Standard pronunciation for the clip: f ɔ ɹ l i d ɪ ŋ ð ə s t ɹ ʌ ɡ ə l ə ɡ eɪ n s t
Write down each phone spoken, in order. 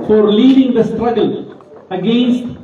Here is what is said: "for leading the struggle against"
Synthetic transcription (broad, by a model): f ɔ ɹ l i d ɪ ŋ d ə s t ɹ ʌ ɡ ə l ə ɡ eɪ n s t